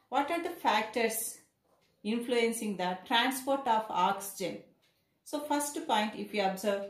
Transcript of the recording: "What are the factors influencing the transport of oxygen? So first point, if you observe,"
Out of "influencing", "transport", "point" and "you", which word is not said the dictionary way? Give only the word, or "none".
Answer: none